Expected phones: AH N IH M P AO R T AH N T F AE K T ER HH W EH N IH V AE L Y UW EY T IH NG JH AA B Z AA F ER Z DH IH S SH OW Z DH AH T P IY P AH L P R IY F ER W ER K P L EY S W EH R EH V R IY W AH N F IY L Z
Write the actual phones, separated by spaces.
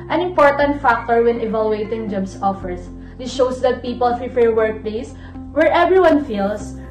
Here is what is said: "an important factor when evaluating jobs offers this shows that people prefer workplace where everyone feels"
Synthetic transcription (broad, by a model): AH N IH M P AO R T AH N T F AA K T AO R W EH N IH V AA L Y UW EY T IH NG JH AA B S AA F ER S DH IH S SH OW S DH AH T P IY P AH L F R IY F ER W ER K P L EY S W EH R EH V R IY W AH N F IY L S